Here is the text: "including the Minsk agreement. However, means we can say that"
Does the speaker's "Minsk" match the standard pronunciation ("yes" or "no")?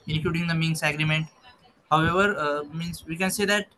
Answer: no